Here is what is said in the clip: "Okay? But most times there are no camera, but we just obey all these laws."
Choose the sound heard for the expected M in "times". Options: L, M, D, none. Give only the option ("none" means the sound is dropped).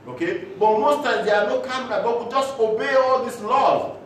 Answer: none